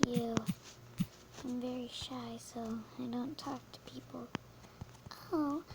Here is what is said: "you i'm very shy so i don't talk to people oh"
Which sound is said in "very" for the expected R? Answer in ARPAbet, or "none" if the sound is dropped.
R